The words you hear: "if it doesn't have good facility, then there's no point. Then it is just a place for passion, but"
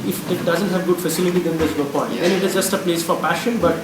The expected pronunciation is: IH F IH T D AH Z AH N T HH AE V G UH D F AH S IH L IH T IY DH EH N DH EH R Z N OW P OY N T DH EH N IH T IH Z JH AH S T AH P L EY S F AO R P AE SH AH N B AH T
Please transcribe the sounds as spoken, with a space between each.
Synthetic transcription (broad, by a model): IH F IH T D AH Z AH N T HH AE V G UH D F AH S IH L IH T IY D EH N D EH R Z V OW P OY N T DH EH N IH T IH Z JH AH S T AH P L EY S F AO R P AE SH AH N B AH T